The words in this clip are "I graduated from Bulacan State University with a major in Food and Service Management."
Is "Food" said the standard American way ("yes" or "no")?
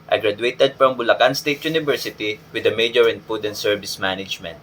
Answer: no